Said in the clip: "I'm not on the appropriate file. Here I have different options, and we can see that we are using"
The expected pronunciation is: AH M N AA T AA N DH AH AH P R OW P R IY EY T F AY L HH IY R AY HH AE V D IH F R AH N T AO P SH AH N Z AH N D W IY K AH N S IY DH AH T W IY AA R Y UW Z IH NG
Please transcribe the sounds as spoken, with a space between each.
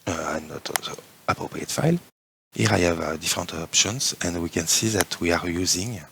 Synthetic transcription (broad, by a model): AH N AA T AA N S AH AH P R OW P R IY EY T F AY L HH IY R AY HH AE V D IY F R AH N T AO P SH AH N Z AH N D W IY K AH N S IY DH AH T W IY AA R Y UW Z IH NG